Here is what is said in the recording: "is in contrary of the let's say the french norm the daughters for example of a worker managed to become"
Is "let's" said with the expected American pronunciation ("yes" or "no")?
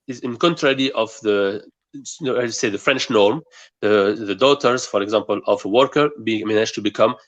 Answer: no